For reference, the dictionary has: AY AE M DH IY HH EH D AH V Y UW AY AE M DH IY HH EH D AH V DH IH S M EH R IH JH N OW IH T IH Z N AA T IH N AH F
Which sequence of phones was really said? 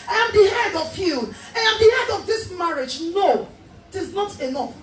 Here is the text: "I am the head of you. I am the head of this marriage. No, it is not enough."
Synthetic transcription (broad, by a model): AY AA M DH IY HH EH D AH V Y UW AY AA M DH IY HH EH D AH V DH IH S M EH R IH JH N OW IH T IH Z N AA T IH N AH F